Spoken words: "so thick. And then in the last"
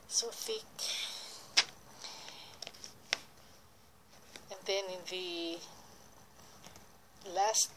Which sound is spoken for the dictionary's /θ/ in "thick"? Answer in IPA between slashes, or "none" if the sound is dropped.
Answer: /f/